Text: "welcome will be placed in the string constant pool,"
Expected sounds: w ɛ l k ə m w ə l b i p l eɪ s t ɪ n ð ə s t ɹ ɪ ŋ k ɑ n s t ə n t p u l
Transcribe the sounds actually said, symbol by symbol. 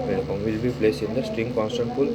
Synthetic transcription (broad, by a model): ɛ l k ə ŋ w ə l b i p l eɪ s ɪ n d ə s t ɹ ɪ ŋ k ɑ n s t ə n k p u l